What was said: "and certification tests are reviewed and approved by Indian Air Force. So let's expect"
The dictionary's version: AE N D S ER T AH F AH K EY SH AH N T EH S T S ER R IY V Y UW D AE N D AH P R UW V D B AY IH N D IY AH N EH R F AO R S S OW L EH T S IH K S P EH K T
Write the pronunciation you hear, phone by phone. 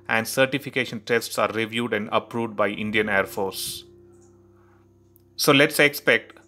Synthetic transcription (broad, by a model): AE N D S ER T AH F AH K EY SH AH N T EH S T S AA R IY V Y UW D AE N D AH P R UW V D B AY IH N D IY AH N EH R F AO R S S OW L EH T S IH K S P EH K T